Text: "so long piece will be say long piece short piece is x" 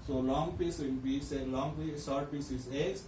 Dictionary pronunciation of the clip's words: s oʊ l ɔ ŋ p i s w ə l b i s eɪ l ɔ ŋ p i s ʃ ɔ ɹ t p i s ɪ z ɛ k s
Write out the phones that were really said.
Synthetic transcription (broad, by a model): s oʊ l ɔ ŋ p i s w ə n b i s eɪ l ɔ ŋ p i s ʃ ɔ ɹ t p i s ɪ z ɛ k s